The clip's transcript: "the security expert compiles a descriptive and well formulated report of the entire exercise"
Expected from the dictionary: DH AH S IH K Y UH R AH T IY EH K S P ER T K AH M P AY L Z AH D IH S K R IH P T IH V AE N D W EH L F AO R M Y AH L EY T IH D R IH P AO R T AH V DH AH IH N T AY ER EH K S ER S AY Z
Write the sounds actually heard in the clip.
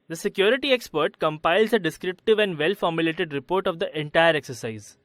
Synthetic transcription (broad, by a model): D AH S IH K Y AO R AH T IY EH K S P ER T K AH M P AY L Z AH D IH S K R IH P T IH V AE N D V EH L F AO R M Y AH L EY T IH D R IH P AO R T AH V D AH IH N T AY ER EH K S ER S AY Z